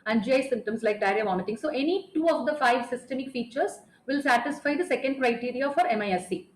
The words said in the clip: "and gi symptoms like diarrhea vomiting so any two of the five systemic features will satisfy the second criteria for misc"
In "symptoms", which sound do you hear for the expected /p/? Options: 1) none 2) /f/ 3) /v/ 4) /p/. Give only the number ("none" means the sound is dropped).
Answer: 1